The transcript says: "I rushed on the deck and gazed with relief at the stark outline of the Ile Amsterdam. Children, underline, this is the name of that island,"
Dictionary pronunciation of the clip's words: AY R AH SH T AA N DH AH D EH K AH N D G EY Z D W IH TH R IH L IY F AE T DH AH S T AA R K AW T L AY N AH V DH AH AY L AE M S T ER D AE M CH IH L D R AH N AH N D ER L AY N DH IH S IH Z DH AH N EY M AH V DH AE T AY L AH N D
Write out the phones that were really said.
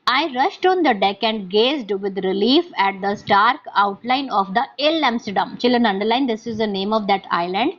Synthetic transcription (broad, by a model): AY R AH SH T AA N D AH D EH K AH N D G EY Z D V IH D R IH L IY F AE T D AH S T AA R K AW T L AY N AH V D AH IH L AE M S T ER D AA M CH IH L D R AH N AH N D ER L AY N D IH S IH Z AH N EY M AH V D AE T AY L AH N D